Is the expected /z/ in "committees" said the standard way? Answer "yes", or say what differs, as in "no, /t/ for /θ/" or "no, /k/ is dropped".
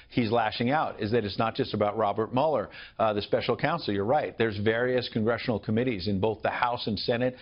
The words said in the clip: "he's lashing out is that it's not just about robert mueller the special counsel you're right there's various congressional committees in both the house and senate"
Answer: yes